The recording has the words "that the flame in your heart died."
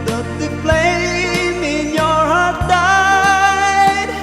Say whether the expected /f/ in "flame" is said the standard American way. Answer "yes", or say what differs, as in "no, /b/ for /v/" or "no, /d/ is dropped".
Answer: no, /p/ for /f/